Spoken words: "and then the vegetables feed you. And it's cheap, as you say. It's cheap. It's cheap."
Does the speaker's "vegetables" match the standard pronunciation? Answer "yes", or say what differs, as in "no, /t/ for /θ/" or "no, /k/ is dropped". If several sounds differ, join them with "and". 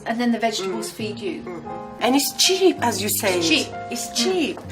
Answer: yes